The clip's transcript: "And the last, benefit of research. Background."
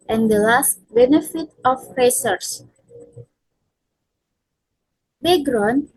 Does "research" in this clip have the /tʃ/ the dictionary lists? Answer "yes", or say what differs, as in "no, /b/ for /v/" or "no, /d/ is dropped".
no, /s/ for /tʃ/